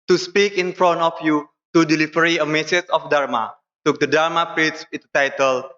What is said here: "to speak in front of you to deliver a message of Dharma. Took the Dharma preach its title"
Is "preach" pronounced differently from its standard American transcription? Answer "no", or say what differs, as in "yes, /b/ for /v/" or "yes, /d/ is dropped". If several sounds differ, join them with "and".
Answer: yes, /s/ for /tʃ/